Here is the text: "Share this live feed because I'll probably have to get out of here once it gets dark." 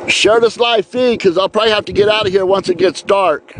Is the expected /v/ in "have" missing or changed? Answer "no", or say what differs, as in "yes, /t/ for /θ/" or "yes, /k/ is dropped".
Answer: yes, /f/ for /v/